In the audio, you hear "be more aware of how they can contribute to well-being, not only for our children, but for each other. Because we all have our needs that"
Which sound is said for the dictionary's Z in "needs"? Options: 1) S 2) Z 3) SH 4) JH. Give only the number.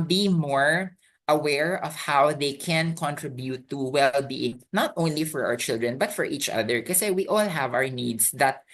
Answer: 1